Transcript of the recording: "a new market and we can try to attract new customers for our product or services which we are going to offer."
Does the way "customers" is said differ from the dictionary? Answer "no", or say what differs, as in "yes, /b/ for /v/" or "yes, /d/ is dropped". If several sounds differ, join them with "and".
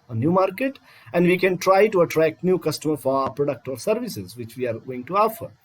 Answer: yes, /z/ is dropped